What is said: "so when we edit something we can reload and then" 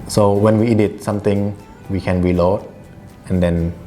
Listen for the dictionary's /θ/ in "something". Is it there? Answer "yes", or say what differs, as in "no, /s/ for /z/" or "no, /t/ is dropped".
no, /t/ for /θ/